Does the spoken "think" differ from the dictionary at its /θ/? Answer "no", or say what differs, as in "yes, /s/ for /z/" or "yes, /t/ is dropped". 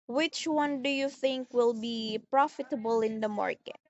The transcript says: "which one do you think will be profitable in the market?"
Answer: no